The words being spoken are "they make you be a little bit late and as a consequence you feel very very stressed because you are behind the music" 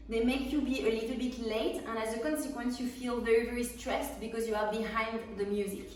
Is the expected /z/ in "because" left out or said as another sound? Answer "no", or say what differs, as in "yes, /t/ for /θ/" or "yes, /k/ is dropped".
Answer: no